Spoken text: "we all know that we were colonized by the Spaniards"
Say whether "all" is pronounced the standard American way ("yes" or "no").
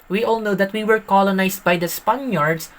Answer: yes